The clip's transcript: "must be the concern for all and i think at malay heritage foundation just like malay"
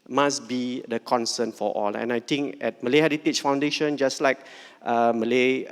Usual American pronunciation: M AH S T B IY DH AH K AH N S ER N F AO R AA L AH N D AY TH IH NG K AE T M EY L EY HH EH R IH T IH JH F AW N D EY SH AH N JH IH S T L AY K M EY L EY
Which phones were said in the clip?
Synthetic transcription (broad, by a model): M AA S B IY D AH K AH N S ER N F AO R AA L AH N AY T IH NG K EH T M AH L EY HH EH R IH T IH CH F AW N D EY SH AH N JH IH S L AY K M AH L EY